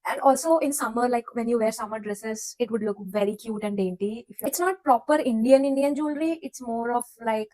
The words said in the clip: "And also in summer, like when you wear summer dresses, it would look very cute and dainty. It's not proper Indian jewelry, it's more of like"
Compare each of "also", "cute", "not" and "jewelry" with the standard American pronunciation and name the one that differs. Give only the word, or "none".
jewelry